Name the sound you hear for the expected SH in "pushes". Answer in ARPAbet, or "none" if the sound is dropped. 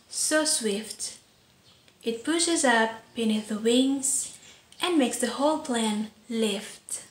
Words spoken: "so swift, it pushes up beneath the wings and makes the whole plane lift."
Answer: SH